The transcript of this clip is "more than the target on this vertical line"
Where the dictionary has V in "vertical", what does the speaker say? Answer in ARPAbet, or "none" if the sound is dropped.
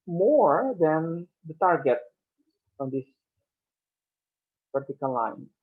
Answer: P